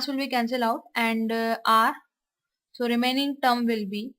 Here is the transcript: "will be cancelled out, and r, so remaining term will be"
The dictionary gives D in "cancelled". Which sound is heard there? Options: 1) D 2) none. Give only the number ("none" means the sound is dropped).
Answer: 2